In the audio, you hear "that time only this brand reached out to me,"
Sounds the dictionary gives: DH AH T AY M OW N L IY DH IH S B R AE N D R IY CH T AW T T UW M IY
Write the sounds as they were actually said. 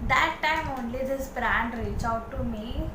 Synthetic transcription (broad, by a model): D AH T AY M OW N L IY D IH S B R AE N D R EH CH AW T T UW M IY